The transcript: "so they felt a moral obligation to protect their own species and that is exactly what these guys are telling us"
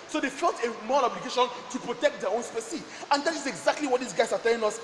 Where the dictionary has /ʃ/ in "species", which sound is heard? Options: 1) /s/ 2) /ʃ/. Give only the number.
1